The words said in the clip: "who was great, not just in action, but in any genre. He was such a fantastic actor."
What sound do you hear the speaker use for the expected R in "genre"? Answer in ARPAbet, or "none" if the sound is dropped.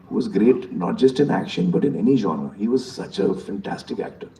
none